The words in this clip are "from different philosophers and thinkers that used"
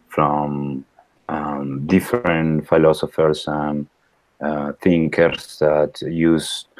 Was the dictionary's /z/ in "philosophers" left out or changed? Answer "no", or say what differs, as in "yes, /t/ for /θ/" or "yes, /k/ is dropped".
yes, /s/ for /z/